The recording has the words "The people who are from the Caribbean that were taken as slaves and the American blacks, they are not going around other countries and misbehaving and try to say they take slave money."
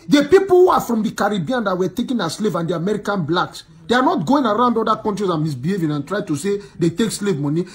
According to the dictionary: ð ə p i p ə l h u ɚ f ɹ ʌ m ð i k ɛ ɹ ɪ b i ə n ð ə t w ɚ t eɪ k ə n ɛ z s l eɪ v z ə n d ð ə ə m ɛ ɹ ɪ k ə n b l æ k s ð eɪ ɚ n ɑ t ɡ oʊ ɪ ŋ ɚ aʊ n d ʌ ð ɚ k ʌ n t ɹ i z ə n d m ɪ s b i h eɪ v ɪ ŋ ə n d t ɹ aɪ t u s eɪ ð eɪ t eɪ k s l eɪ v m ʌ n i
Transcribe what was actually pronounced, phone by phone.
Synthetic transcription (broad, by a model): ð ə p i p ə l h u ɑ f ɹ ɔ m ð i k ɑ ɹ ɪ b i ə n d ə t w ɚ t eɪ k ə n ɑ s l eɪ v ə n d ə ə m ɛ ɹ ɪ k ə n b l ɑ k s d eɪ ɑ n ɑ t ɡ oʊ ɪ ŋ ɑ aʊ n d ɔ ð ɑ k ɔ n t ɹ i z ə m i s b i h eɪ v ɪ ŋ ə n t ɹ aɪ t u s eɪ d eɪ t eɪ k s l eɪ v m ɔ n i